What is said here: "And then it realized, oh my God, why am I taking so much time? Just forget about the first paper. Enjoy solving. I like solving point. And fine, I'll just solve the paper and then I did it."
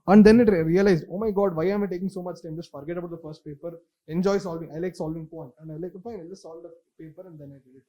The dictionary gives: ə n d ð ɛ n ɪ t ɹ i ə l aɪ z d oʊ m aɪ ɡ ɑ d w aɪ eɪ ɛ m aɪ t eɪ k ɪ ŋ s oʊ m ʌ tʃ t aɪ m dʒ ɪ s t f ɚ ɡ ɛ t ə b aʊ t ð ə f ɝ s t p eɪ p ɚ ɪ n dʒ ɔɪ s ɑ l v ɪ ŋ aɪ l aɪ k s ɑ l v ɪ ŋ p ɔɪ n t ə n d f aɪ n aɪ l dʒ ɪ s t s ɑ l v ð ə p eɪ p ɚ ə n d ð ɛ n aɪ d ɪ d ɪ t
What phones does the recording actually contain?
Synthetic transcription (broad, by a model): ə n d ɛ n ɪ t ɹ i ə l aɪ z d oʊ m aɪ ɡ ɑ d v aɪ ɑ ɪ m aɪ t eɪ k ɪ ŋ s oʊ m ʌ tʃ t aɪ m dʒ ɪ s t f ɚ ɡ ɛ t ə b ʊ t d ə f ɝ s t p eɪ p ɚ ɪ n dʒ ɔɪ s ɑ l v ɪ ŋ aɪ l aɪ k s ɑ l v ɪ ŋ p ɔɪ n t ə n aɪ l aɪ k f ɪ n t s ɑ l v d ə p eɪ p ɚ ə n d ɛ n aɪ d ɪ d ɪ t